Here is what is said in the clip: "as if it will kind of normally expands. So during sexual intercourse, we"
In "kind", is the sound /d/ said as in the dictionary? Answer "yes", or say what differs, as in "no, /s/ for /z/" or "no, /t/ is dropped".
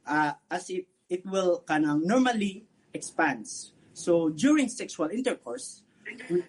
no, /d/ is dropped